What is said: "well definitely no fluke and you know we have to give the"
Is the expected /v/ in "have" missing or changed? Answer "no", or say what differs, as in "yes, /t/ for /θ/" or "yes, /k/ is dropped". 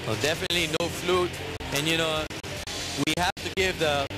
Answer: yes, /f/ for /v/